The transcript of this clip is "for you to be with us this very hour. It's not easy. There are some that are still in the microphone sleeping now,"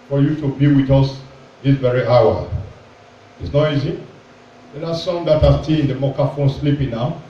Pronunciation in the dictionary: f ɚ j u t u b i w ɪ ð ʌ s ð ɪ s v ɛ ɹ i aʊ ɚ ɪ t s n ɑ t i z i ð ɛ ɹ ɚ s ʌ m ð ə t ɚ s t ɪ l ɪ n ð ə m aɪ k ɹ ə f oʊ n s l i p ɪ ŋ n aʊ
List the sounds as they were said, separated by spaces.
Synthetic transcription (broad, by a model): f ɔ j u t u b i w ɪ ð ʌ s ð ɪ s v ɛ ɹ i aʊ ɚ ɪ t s n ɑ t i z i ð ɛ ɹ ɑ s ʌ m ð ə t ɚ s t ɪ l ɪ n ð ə m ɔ k ə f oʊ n s l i p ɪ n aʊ